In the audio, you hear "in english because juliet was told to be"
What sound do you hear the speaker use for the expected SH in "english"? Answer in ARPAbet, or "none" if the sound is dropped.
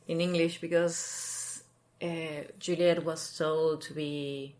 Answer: SH